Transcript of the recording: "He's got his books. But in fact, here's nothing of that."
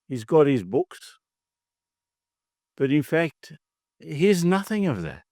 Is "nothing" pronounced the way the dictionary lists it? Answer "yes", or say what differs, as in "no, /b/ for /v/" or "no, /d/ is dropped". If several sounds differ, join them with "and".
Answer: yes